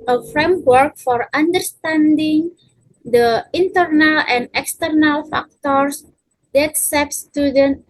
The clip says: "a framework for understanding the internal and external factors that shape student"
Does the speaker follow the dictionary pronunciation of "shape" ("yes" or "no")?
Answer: no